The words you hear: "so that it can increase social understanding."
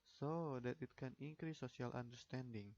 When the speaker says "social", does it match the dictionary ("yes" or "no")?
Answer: no